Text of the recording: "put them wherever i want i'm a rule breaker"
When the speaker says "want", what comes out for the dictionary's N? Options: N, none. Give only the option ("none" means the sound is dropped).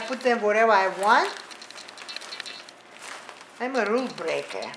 N